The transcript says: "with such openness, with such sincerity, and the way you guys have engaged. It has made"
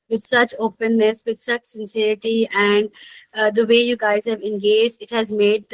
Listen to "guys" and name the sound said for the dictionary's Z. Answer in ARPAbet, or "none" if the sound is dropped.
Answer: Z